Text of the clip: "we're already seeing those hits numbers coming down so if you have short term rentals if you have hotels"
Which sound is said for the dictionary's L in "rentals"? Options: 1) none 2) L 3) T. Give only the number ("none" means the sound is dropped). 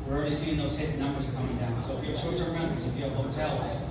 1